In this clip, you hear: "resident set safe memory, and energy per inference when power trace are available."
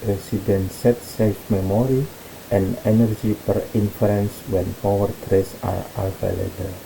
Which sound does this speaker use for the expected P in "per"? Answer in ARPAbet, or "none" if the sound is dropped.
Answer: P